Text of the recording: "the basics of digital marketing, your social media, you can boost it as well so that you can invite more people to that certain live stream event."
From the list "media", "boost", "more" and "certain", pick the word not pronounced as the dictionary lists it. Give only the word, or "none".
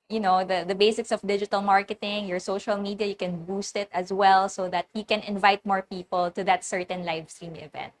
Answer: none